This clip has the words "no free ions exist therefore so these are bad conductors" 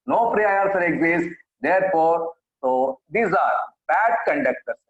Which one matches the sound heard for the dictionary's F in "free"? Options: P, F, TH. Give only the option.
P